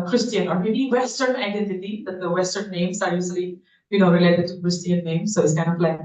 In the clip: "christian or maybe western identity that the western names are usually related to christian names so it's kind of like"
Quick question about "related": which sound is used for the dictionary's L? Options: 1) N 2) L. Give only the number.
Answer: 2